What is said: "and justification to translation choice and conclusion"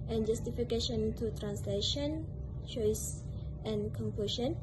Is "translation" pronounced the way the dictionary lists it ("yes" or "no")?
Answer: yes